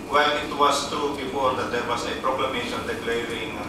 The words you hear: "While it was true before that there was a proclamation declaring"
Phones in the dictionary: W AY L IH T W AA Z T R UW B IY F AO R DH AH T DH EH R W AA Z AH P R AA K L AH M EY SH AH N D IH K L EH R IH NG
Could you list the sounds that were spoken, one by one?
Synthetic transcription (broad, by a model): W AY L IH T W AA S T UW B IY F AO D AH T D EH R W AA S AH P R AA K L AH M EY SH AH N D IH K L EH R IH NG